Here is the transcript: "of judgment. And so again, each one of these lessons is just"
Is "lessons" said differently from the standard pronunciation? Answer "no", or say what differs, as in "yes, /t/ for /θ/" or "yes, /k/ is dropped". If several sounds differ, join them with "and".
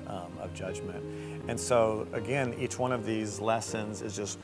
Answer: no